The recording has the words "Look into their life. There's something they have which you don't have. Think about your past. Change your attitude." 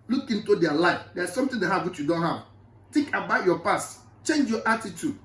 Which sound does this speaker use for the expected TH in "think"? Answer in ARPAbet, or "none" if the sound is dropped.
T